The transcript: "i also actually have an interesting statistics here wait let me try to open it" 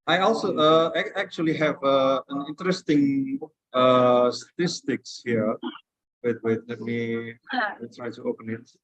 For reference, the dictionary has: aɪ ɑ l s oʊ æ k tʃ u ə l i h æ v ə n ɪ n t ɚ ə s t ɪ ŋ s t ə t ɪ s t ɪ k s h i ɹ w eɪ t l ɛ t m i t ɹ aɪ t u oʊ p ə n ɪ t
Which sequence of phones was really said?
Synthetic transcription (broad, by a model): aɪ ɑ l s oʊ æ k tʃ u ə l i h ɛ v ə n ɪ n t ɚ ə s t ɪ ŋ s t ə t ɪ s t ɪ k s h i w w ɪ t l ɛ t m i t ɹ aɪ t u oʊ p ə n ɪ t